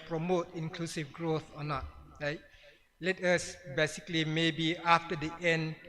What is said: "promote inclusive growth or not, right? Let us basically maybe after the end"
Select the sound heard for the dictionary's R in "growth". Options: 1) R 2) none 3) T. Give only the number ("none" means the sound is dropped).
1